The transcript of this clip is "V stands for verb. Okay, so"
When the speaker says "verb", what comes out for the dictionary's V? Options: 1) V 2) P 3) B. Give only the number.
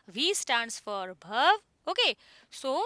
3